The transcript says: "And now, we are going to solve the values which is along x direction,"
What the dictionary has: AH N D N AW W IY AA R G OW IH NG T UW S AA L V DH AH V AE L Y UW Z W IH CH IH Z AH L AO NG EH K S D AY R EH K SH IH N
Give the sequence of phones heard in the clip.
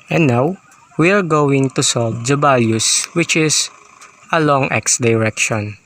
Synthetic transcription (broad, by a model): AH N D N AW W IY AA R G OW IH NG T UW S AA L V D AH B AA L Y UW S W IH CH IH S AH L AO NG EH K S D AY R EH K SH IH N